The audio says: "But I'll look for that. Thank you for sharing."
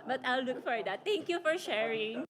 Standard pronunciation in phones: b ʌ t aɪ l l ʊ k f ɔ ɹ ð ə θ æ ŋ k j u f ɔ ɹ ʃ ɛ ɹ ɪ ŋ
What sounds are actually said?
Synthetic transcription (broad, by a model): b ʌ t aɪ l l ʊ k f ɔ ɹ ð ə t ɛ ŋ k j u f ɔ ɹ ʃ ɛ ɹ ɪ ŋ